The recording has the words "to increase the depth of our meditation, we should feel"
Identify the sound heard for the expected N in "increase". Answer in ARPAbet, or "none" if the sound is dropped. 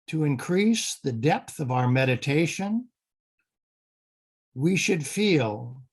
N